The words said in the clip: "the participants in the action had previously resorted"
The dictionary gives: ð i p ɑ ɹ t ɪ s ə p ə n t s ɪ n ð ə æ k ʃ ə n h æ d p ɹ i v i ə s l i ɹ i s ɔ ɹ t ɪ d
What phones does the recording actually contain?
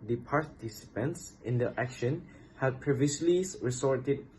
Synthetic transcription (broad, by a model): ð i p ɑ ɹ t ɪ s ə p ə n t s ɪ n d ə æ k ʃ ə n h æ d p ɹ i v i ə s l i ɹ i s ɔ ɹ t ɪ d